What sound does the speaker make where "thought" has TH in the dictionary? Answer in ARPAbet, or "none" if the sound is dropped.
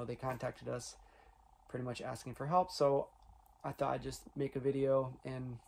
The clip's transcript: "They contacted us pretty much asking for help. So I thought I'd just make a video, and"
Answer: TH